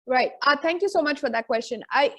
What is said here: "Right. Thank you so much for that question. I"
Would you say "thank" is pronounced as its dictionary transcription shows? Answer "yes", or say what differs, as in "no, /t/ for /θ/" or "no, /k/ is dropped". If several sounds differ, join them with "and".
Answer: no, /t/ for /θ/